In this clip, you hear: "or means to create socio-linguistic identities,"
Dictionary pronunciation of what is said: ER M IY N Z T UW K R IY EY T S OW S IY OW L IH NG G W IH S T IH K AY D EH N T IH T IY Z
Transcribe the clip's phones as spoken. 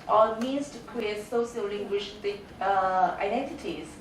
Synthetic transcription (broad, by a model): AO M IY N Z T UW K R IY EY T S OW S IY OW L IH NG G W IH SH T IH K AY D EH N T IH T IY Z